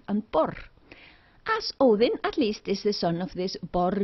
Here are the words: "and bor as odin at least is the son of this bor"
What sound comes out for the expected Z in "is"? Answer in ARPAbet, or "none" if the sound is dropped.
S